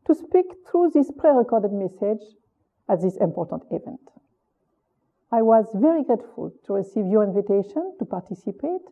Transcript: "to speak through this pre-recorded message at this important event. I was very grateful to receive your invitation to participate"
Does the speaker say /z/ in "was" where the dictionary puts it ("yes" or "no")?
yes